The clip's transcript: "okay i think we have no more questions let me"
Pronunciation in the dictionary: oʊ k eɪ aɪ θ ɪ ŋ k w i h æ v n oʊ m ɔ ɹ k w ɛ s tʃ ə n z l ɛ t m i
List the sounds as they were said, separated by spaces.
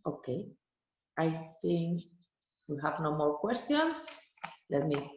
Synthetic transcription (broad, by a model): oʊ k eɪ aɪ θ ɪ ŋ k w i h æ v n oʊ m ɔ ɹ k w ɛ s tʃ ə n s l ɛ t m i